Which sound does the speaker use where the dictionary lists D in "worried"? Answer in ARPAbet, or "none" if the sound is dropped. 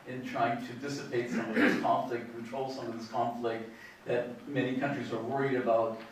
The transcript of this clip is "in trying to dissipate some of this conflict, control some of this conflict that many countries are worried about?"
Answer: D